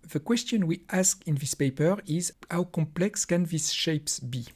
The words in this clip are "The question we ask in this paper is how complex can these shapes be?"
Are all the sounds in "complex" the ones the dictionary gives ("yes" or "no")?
yes